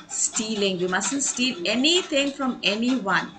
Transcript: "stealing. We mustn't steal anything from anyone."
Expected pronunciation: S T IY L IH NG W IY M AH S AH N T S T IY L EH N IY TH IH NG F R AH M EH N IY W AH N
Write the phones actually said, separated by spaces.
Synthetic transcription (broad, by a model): S T IY L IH NG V IY M AH S AH N T S T IY L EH N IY T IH NG F R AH M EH N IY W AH N